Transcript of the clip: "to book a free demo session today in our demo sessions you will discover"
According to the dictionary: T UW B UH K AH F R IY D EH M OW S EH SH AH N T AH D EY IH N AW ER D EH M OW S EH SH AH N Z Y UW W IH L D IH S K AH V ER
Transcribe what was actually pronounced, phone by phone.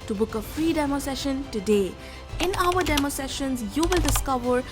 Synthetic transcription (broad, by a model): T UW B UH K AH F R IY D EH M OW S EH SH AH N T AH D EY IH N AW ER D EH M OW S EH SH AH N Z Y UW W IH L D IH S K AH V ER